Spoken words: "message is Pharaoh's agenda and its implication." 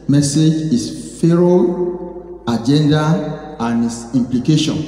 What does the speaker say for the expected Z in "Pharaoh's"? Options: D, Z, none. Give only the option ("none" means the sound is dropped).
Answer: none